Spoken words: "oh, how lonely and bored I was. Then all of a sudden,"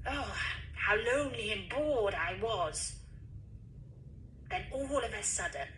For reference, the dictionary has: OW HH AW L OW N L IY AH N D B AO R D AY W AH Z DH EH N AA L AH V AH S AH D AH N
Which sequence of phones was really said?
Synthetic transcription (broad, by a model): OW HH AW L OW N L IY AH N B AO R D AY W AH Z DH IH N AA L AH V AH S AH D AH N